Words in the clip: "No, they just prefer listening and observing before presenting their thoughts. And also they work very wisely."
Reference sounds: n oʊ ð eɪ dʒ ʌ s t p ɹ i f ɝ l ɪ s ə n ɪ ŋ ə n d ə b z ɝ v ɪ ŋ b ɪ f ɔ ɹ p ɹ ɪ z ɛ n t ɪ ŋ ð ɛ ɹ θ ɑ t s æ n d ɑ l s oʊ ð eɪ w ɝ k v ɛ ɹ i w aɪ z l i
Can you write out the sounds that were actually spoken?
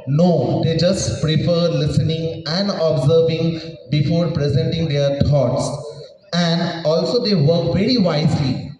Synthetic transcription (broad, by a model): n oʊ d eɪ dʒ ʌ s t p ɹ i f ɝ l ɪ s ə n ɪ ŋ ə n d ə b z ɝ v ɪ ŋ b ɪ f ɔ ɹ p ɹ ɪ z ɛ n t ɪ ŋ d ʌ ɹ t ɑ t s æ n d ɑ l s oʊ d eɪ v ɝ k v ɛ ɹ i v aɪ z l i